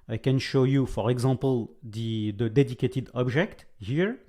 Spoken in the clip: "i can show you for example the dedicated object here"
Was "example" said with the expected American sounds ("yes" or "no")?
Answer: no